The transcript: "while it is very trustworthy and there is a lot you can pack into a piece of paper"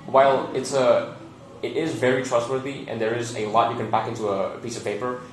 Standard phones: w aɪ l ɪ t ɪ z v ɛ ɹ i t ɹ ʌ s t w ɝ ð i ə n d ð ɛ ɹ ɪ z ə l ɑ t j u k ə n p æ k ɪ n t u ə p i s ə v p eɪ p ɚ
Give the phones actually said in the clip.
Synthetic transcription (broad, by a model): w aɪ l ɪ t ɪ z v ɛ ɹ i t ɹ ʌ s t w ɝ ð i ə n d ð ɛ ɹ ɪ z ə l ɑ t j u k ə n b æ k ɪ n t u ə p i s ə v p eɪ p ɚ